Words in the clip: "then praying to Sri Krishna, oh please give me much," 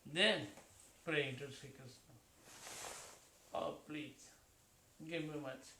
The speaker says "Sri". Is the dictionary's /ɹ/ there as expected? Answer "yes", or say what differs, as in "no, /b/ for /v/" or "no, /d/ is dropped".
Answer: no, /ɹ/ is dropped